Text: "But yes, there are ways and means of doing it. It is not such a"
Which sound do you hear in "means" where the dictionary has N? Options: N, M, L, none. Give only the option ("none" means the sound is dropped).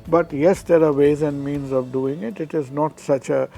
N